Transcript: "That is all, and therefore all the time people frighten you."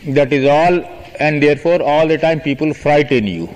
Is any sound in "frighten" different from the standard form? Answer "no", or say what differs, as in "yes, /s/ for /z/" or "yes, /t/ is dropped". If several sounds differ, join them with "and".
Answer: no